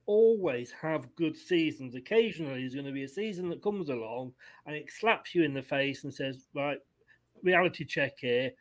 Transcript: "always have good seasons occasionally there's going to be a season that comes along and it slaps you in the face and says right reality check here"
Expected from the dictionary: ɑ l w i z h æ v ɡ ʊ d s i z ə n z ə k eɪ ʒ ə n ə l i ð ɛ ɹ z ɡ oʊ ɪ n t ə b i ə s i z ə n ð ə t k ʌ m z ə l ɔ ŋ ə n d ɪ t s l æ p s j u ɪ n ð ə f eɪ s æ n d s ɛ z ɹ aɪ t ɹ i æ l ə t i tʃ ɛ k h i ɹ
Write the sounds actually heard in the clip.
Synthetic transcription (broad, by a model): ɑ l w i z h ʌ v ɡ ʊ d s i z ə n z ə k eɪ ʒ ə n ə l i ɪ z ɡ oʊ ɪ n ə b i ə s i z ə n ð ə t k ʌ m z ə l ɔ ŋ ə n ɪ t s l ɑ p s j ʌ ɪ n ð ə f eɪ s n s ɛ z ɹ aɪ t ɹ i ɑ l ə t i tʃ ɛ k h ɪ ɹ